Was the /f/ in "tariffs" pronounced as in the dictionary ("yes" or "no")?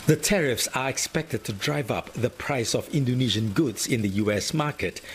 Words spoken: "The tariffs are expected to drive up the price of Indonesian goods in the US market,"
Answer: yes